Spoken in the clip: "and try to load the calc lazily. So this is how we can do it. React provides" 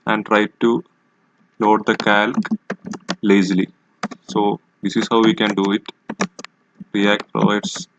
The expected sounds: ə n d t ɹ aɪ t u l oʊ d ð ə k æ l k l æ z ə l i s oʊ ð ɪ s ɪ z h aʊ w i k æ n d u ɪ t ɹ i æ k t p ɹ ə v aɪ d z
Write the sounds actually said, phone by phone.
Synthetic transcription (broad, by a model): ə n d t ɹ aɪ t u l oʊ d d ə k æ l k l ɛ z l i s oʊ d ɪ s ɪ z h aʊ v i k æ n d u ɪ t ɹ i æ k t p ɹ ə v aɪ d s